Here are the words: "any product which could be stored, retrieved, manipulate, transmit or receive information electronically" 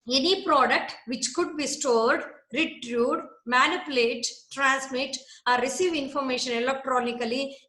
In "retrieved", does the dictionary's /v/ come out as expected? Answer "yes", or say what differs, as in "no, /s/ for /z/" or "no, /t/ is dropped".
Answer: no, /v/ is dropped